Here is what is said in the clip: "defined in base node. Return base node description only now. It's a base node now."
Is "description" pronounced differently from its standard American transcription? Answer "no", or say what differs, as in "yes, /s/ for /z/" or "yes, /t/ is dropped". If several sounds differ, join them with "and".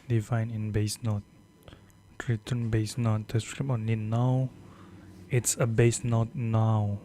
yes, /ʃ/ is dropped